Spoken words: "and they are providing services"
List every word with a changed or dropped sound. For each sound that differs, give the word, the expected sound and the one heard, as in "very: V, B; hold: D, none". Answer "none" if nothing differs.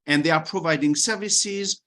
none